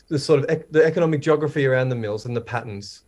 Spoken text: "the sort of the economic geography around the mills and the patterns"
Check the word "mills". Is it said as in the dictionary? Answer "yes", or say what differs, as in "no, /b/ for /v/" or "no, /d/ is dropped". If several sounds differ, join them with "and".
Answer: yes